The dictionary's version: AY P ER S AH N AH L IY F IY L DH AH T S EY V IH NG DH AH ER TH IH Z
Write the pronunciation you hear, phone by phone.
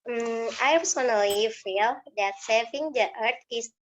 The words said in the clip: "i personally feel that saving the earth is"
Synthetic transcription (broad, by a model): AY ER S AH N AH L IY F IY L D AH T S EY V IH NG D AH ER T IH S